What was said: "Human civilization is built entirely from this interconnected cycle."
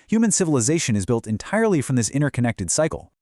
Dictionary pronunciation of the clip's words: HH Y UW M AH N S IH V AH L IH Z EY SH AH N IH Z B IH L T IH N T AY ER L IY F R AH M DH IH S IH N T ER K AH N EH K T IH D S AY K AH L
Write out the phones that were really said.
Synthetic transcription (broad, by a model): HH Y UW M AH N S IH V AH L IH Z EY SH AH N IH Z B IH L T IH N T AY ER L IY F R AH M DH IH S IH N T ER K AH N EH K T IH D S AY K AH L